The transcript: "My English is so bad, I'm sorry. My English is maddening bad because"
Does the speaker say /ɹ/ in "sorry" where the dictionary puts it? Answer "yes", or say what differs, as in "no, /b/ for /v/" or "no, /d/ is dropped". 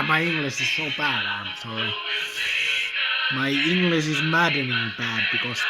no, /ɹ/ is dropped